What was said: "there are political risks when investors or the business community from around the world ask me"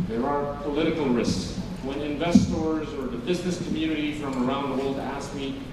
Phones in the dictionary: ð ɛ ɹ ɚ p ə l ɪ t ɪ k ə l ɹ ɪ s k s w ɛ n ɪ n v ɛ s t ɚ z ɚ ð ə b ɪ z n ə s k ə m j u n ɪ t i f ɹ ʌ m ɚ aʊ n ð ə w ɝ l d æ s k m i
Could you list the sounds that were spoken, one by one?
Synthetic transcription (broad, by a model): ð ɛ ɹ ɚ p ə l ɪ t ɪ k l ɹ ɪ s k s w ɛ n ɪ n v ɛ s t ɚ z ɚ ð ə b ɪ z n ə s k ə m j u n ɪ t i f ɹ ʌ m ɚ aʊ n ð ə w ɝ l d æ s k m i